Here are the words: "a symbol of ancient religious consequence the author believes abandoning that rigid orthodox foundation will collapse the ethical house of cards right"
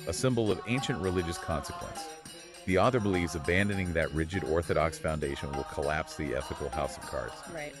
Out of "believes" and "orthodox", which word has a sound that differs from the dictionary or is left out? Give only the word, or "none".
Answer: none